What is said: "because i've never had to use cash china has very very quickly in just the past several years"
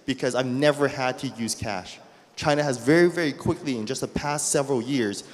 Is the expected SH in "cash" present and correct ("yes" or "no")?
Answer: yes